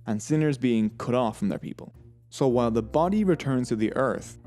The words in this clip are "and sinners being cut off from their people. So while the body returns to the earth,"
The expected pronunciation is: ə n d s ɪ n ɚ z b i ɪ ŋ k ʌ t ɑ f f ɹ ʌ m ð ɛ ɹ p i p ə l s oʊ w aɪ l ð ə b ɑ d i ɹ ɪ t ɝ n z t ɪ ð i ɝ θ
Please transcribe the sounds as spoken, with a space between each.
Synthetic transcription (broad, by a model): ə n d s ɪ n ɚ z b i ɪ ŋ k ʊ t ɑ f f ɹ ʌ m ð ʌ ɹ p i p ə l s oʊ w aɪ l ð ə b ɑ d i ɹ ɪ t ɝ n z t ɪ ð i ɝ θ